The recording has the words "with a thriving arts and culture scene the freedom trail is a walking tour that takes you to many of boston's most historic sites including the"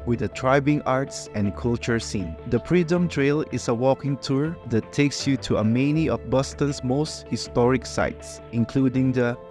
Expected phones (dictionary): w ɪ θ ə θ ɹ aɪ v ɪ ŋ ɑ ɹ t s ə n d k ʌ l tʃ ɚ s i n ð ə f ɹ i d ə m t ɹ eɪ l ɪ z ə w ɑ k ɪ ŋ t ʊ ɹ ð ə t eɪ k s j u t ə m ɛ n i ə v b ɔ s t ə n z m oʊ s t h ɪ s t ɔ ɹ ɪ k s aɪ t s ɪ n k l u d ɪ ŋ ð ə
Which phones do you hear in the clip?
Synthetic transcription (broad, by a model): w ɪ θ ə t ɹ aɪ b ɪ ŋ ɑ ɹ t s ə n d k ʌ l tʃ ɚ s i n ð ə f ɹ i d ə m t ɹ eɪ l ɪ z ə w ɑ k ɪ ŋ t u ɹ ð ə t eɪ k s j u t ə m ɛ n i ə f b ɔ s t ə n s m oʊ s t h ɪ s t ɔ ɹ ɪ k s aɪ t s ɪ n k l u d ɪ ŋ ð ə